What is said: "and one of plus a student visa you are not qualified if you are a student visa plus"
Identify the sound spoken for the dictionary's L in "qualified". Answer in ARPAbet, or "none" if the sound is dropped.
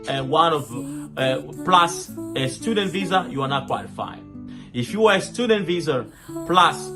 none